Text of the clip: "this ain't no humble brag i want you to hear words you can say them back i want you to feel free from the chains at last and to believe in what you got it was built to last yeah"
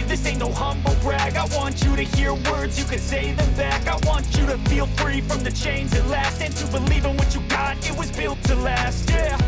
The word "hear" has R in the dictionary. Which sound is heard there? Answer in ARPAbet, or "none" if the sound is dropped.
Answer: R